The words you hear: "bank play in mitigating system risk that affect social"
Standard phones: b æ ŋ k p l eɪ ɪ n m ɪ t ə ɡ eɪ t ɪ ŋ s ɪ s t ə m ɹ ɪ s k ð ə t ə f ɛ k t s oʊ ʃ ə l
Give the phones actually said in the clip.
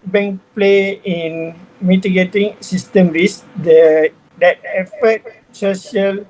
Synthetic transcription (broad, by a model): b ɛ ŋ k p l eɪ ɪ n m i t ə ɡ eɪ t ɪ ŋ s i s t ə m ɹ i s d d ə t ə f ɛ t s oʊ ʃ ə l